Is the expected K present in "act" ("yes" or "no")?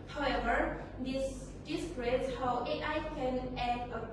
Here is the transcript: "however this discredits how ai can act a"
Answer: no